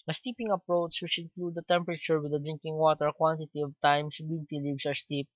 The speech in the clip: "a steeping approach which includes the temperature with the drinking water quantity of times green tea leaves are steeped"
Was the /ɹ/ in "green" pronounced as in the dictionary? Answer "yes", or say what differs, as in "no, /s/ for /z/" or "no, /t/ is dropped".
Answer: no, /ɹ/ is dropped